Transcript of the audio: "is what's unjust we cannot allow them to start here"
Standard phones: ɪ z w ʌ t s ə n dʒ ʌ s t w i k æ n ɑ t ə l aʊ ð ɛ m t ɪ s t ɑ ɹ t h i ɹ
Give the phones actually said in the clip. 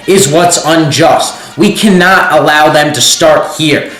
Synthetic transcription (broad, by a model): ɪ z w ʌ t s ə n dʒ ʌ s t w i k æ n ɑ t ə l aʊ ð ɛ m t ɪ s t ɑ ɹ t h i ɹ